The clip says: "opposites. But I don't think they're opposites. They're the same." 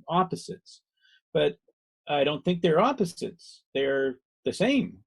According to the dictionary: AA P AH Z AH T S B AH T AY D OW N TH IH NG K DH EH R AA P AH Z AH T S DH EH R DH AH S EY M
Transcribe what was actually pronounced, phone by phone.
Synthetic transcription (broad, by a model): AA P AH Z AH T S B AH T AY D OW N TH IH NG K DH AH R AA P AH Z AH T S DH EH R DH AH S EY M